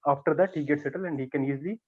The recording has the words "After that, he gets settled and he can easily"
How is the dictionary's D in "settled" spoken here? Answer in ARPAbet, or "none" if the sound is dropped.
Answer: none